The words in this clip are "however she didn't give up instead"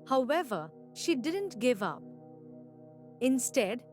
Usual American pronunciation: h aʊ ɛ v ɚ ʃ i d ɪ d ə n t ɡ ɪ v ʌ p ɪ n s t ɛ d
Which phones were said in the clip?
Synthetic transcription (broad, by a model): h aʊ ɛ v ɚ ʃ i d ɪ d ə n t ɡ ɪ v ʌ p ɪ n s t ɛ d